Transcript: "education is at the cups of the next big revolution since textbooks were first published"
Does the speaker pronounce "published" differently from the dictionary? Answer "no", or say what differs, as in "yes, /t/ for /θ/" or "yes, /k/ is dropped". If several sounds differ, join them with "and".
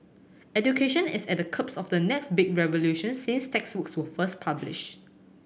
yes, /t/ is dropped